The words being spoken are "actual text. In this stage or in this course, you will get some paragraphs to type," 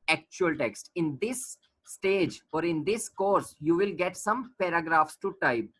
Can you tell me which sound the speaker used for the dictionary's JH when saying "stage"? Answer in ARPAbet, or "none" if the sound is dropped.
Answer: JH